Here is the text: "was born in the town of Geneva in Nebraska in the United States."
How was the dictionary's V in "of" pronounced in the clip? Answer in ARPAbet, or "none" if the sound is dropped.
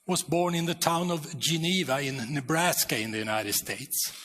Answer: V